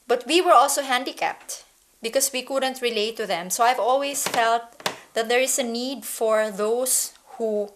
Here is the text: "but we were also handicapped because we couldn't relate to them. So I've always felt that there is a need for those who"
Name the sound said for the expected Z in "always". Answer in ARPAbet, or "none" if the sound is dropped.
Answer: S